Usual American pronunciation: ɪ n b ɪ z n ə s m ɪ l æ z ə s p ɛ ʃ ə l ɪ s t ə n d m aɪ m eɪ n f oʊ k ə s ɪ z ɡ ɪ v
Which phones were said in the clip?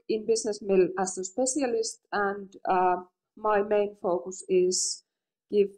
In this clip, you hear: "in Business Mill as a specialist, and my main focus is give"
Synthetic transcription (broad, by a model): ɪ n b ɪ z n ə s m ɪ l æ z ə s p ɛ ʃ ə l ɪ s t ə n d m aɪ m eɪ n f oʊ k ə s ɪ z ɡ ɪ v